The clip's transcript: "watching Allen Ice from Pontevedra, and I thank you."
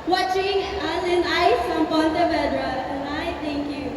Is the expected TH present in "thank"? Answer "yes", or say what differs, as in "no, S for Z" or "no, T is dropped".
no, T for TH